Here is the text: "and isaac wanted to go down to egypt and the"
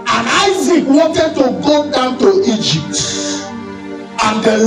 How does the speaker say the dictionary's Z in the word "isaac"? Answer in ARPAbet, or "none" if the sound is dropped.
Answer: Z